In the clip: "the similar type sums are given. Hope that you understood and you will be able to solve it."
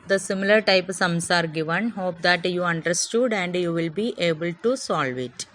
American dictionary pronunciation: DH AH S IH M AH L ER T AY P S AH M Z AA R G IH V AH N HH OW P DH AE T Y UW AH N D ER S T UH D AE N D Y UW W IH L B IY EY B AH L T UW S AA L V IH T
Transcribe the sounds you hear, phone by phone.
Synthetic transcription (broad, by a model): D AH S IH M AH L ER T AY P S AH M S AA R G IH V AH N HH OW P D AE T Y UW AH N D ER S T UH D AE N D Y UW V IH L B IY EY B AH L T UW S AA L V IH T